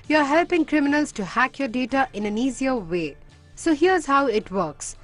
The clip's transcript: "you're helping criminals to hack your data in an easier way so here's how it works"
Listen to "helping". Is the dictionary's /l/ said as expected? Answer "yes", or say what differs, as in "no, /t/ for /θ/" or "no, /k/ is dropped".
yes